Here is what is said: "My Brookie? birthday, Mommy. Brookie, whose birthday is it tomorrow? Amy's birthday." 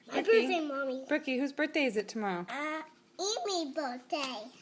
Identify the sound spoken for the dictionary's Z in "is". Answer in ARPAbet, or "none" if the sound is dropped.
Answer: Z